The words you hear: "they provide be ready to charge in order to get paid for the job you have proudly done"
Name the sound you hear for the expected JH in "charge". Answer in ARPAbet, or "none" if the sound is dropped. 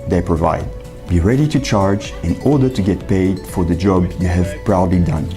JH